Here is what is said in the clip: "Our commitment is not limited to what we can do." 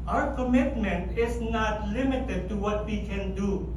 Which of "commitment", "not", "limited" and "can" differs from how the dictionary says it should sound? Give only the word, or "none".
none